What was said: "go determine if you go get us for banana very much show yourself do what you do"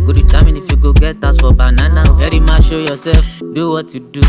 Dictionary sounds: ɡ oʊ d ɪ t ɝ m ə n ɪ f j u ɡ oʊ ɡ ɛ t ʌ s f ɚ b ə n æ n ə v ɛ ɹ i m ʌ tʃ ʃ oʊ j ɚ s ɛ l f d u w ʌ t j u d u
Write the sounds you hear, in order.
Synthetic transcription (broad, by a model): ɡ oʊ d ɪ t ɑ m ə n ɪ f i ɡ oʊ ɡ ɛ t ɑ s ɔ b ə n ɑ n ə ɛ ɹ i m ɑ ʃ oʊ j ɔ s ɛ f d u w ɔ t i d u